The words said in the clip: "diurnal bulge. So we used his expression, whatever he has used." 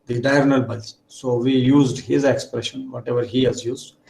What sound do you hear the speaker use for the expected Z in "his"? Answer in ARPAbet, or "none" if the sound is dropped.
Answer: Z